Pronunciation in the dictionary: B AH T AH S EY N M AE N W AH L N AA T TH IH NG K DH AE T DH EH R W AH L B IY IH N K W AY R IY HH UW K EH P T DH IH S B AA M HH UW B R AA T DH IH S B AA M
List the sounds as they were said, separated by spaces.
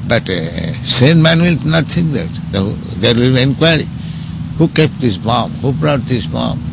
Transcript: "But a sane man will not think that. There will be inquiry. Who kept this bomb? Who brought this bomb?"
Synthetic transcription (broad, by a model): B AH T S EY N M AE N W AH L N AA T T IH NG K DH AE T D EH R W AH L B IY IH N K W AY R IY HH UW K EH P T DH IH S B AA M HH UW B R AA T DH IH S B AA M